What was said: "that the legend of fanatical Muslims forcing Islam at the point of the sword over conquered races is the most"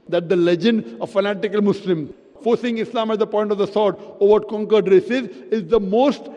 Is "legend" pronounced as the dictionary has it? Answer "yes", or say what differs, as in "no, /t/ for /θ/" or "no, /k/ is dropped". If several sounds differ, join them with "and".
yes